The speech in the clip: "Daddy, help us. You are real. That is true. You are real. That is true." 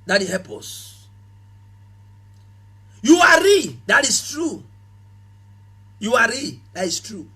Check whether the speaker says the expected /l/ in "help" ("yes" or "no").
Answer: no